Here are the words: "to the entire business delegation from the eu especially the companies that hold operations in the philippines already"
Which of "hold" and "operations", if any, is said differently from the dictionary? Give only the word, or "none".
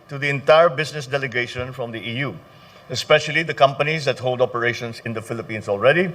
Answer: operations